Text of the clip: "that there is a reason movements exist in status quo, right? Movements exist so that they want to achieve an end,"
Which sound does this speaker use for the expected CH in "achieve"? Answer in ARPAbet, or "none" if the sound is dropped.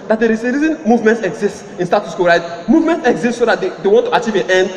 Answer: CH